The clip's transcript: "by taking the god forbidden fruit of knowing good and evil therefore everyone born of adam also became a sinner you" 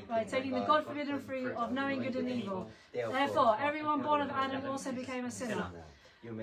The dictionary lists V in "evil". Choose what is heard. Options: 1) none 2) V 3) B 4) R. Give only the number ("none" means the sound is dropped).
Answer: 2